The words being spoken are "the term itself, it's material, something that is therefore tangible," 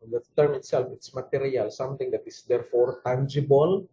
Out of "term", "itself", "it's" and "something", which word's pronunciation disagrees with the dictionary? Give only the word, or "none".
something